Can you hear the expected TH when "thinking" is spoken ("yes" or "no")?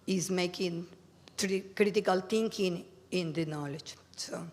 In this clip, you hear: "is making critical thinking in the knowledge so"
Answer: no